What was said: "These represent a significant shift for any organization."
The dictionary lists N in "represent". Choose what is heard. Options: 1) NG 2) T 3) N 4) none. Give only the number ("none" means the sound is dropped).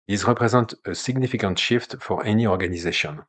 4